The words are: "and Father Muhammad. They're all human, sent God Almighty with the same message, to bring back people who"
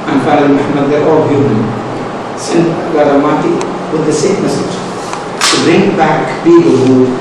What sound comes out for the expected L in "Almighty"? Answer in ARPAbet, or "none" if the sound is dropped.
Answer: none